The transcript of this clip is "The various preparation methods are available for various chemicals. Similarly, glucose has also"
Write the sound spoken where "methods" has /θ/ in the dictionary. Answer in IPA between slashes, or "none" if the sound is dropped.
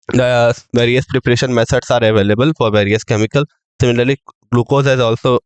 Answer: /s/